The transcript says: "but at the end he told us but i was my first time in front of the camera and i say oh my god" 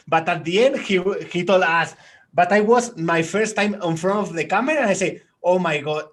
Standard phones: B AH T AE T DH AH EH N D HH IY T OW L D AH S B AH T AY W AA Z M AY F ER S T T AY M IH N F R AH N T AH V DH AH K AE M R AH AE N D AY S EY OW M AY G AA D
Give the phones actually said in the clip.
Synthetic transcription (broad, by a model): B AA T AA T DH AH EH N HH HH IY T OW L AA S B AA T AY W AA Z M AY F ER S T T AY M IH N F R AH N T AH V DH AH K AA M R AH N AY S EY OW M AY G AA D